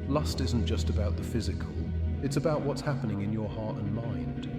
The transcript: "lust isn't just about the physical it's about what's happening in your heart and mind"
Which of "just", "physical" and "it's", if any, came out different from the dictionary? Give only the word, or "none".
none